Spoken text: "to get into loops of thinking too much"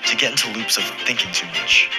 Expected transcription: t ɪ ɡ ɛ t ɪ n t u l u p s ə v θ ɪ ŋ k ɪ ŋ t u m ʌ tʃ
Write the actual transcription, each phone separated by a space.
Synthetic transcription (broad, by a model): t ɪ ɡ ɛ t ɪ n t u l u p s ə v θ ɪ ŋ k ɪ ŋ t u m ʌ tʃ